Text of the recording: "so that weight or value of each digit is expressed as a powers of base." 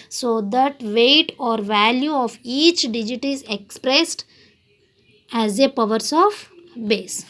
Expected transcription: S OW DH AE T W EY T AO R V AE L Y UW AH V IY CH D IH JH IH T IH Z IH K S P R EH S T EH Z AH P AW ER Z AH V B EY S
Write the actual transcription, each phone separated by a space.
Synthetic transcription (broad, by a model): S OW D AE T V EY T AO R V AE L Y UW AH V IY CH D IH JH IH T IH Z IH K S P R EH S T EH Z AH P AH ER S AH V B EY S